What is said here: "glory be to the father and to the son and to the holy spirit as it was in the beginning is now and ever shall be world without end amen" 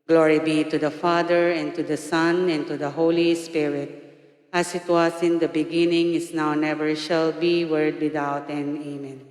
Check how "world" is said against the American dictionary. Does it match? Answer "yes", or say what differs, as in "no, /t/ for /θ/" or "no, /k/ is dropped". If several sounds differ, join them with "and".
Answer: no, /l/ is dropped